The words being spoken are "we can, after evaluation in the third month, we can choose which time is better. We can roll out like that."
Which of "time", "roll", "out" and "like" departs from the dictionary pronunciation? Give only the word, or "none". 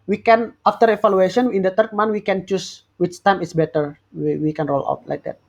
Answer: none